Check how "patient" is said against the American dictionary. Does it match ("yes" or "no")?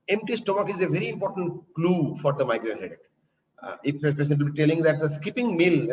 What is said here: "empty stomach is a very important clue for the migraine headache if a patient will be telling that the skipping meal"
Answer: no